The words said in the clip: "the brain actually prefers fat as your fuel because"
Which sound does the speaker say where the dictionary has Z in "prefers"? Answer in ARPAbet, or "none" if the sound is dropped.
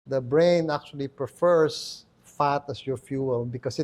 S